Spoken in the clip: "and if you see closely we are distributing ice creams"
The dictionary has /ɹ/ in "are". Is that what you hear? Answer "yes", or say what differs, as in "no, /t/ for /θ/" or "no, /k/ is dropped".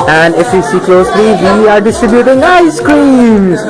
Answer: yes